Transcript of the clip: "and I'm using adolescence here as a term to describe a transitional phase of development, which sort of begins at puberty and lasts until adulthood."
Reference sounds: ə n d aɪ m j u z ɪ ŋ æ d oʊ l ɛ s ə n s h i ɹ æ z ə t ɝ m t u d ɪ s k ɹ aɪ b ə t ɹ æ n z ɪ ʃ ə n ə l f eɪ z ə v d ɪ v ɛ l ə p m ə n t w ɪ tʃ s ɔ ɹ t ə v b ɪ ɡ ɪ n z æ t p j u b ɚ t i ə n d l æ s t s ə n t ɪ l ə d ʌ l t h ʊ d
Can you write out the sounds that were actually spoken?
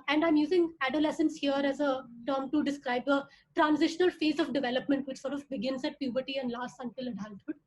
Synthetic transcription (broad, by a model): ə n d aɪ m j u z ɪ ŋ æ d oʊ l ɛ s ə n s h i ɹ æ z ə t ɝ m t u d ɪ s k ɹ aɪ b ə t ɹ æ n z ɪ ʃ ə n ə l f eɪ z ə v d ɪ v ɛ l ə p m ə n t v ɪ tʃ s ɔ ɹ t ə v b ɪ ɡ ɪ n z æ t p j u b ɚ t i ə n d l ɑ s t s ə n t ɪ l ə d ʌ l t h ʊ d